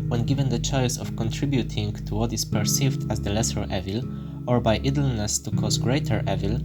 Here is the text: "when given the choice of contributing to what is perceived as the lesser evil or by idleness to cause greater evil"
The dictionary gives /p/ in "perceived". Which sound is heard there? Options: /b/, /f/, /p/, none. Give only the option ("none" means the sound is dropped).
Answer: /p/